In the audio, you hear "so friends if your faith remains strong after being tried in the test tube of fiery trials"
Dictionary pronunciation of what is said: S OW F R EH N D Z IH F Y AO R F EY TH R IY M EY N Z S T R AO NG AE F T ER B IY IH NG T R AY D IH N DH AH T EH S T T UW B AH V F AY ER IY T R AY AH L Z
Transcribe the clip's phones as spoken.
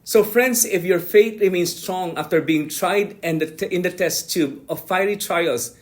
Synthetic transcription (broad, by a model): S OW F R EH N D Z IH F Y AO R F EY T R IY M EY N S T R AO NG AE F T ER B IY IH NG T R AY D IH N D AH T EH S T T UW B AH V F AY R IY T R AY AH L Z